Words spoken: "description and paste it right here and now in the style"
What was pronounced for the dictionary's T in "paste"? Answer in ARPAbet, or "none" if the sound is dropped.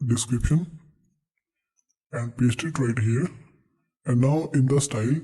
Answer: T